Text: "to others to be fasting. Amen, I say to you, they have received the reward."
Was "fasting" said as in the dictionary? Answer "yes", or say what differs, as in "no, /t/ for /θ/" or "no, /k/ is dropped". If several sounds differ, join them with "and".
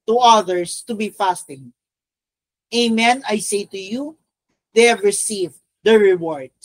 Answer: yes